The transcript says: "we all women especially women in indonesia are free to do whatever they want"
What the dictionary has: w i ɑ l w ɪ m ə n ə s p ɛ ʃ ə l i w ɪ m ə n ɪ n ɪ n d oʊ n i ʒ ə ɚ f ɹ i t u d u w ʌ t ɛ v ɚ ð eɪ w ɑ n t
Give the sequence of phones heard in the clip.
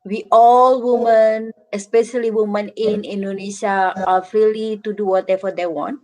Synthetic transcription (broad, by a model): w i ɑ l w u m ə n ə s p ɛ ʃ ə l i w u m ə n ɪ n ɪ n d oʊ n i ʃ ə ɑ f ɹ i t u d u w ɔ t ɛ f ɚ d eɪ w ɑ n t